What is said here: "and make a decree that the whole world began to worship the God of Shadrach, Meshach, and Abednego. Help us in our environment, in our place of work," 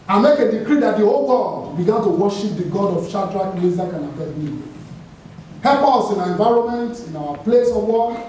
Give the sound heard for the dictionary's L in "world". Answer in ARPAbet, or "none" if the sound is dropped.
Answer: none